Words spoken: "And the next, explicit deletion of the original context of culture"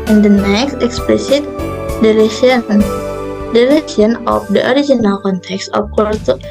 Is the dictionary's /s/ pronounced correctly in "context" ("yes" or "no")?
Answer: yes